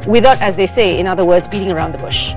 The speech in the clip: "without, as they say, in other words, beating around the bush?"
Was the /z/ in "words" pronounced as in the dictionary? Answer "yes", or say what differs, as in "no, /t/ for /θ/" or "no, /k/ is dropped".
yes